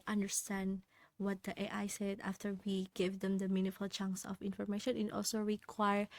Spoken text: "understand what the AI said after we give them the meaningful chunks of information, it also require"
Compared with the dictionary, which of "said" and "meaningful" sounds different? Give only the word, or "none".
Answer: meaningful